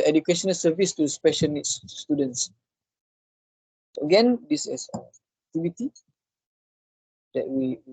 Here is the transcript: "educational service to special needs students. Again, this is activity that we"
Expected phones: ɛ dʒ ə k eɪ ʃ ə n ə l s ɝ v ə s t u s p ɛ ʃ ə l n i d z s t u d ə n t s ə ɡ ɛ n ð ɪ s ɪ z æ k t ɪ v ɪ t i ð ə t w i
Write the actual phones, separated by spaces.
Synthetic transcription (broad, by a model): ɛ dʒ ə k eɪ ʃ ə n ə l s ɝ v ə s t u s p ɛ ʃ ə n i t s t u d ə n s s ə ɡ ɛ n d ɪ s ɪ s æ t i b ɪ t i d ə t w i